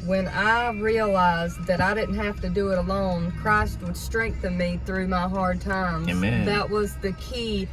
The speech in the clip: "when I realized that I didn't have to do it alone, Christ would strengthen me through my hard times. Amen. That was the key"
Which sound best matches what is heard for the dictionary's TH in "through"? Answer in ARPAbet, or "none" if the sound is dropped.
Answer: TH